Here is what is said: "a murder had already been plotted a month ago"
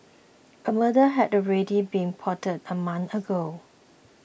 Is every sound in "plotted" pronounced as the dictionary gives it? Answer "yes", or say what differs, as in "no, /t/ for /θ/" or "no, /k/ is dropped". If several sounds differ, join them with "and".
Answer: no, /l/ is dropped